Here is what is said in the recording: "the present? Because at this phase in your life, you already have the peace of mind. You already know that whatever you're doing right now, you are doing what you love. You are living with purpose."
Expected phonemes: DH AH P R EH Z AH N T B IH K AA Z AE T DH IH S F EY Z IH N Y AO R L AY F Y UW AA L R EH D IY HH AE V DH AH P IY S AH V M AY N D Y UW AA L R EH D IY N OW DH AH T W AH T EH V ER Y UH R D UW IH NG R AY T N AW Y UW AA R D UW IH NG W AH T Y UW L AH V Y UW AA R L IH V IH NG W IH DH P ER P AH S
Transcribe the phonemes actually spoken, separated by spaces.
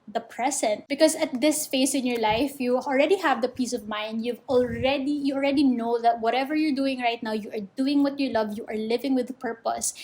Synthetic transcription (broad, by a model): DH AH P R EH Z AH N T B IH K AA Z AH T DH IH S F EY S IH N Y AO R L AY F Y UW AA L R EH D IY HH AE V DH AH P IY S AH V M AY N D Y UW AA L R EH D IY N OW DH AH T W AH T EH V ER Y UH R D UW IH NG R AY T N AW Y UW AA R D UW IH NG W AH T Y UW L AH V Y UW AA R L IH V IH NG W IH DH P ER P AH S